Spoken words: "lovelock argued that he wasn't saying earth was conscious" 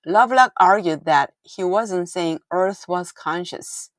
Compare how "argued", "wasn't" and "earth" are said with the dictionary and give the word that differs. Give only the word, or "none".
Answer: none